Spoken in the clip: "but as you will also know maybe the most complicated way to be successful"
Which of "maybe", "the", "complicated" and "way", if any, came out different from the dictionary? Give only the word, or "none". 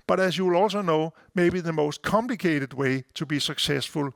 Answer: none